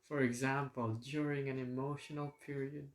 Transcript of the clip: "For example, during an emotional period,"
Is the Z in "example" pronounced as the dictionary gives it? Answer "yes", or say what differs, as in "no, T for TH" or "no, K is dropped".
yes